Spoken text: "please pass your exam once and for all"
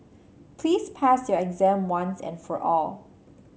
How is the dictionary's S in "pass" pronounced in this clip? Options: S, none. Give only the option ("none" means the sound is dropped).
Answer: S